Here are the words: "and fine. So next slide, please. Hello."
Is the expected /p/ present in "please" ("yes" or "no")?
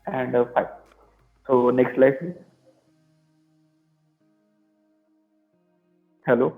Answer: no